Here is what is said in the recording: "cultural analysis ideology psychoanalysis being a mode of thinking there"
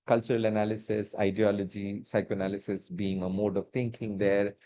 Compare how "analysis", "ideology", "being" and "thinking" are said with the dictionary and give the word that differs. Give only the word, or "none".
thinking